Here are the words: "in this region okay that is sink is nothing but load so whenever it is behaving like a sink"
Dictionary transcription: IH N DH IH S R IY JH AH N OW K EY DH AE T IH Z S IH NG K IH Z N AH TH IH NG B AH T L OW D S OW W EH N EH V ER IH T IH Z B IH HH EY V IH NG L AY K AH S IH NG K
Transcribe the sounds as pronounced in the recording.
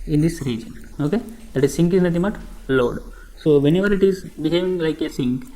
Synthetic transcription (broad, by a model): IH N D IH S R IY JH AH N OW K EY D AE T IH Z S IH NG K IH Z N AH T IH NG B AH T L OW D S OW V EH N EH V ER IH T IH Z B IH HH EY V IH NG L AY K AH S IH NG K